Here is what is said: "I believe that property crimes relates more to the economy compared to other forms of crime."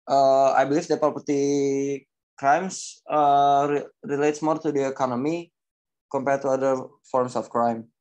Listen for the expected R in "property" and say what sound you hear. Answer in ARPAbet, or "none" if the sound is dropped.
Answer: none